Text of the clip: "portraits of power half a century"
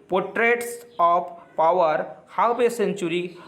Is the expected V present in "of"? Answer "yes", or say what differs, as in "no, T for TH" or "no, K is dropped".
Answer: no, P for V